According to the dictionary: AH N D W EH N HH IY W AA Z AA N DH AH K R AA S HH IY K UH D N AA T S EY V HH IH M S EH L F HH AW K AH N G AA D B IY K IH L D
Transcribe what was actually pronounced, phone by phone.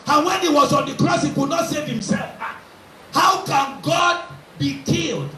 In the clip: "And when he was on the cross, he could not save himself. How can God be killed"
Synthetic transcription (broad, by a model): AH N W EH N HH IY W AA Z AA N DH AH K R AA S HH IY K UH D N AA T S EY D HH IH M S EH L F HH AW K AH N G AA D B IY K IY L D